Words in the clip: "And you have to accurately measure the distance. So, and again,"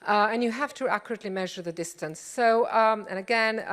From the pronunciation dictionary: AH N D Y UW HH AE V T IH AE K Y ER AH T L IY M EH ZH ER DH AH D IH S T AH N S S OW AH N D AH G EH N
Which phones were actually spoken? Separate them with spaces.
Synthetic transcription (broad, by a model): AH N Y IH HH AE F T IH AE K Y ER AH T L IY M EH ZH ER DH AH D IH S T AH N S S OW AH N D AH G EH N